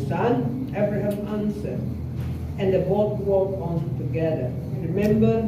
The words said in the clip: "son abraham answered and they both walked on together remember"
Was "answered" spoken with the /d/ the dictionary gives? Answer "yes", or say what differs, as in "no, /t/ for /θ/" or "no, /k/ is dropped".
no, /d/ is dropped